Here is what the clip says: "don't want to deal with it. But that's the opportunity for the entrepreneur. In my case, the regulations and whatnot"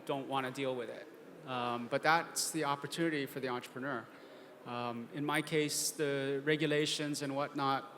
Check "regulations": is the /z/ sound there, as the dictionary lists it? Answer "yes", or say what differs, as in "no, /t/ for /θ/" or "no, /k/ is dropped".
yes